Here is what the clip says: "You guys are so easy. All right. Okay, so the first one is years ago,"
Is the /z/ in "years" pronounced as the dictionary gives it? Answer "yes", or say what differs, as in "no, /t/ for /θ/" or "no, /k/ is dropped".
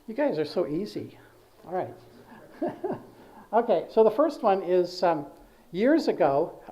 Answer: yes